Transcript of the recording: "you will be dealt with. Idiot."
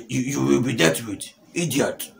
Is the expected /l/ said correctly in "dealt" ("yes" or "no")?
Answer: no